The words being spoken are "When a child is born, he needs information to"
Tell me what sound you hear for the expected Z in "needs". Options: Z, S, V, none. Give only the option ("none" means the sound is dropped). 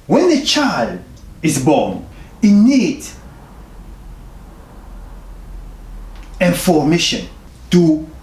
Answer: none